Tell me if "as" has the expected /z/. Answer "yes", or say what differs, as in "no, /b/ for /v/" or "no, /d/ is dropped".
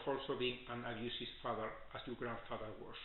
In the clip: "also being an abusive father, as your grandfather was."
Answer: no, /s/ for /z/